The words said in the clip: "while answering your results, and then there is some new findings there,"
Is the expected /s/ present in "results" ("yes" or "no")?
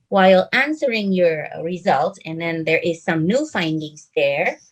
no